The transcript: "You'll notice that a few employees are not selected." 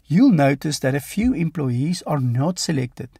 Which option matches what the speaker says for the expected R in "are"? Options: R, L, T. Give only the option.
R